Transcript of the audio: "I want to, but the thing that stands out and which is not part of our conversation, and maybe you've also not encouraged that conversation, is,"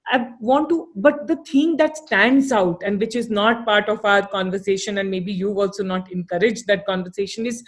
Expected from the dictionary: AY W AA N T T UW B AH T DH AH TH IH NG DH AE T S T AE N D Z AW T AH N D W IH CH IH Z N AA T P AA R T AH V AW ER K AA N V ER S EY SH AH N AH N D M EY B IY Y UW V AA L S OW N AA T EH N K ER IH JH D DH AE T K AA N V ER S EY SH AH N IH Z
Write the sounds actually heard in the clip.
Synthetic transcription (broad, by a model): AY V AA N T T UW B AH T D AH T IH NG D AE T S T AE N D Z AW T AH N D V IH CH IH Z N AA T P AA R T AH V AW ER K AA N V ER S EY SH AH N AH N D M EY B IY Y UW AA L S OW N AA T EH N K ER IH JH D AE T K AA N V ER S EY SH AH N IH Z